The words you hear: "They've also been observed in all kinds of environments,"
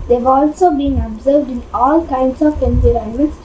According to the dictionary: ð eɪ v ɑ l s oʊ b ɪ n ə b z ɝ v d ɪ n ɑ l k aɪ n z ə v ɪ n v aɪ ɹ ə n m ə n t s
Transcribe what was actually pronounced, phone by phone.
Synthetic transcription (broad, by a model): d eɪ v ɑ l s oʊ b ɪ n ə b z ɝ v d ɪ n ɑ l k aɪ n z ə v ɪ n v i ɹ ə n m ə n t s